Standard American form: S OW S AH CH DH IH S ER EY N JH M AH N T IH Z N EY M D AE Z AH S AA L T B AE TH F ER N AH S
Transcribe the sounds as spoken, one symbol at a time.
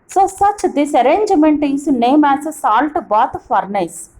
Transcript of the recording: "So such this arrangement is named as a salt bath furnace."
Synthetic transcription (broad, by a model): S OW S AH CH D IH S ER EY N JH M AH N T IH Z N EY M AE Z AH S AA L T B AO T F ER N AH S